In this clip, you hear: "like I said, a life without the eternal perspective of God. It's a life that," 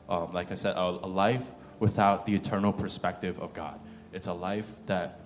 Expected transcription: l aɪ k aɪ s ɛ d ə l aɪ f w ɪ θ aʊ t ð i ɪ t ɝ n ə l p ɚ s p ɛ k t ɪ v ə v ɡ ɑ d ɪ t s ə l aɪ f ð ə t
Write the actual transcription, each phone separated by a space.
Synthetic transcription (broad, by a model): l aɪ k aɪ s ɛ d ə l aɪ f w ɪ θ aʊ t ð i ɪ t ɝ n l p ɚ s p ɛ k t ɪ v ə v ɡ ɑ d ɪ t s ə l aɪ f ð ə t